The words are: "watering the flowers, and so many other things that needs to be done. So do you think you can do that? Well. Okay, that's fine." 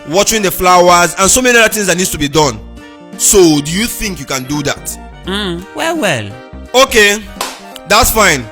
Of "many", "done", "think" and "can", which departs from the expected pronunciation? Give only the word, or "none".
none